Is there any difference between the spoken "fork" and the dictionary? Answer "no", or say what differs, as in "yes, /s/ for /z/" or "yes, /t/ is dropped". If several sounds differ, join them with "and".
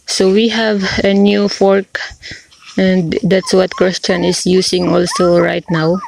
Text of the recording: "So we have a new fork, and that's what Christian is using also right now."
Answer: no